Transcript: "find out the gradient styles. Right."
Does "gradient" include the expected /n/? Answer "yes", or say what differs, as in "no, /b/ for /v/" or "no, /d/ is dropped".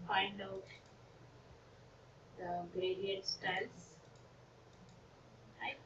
no, /n/ is dropped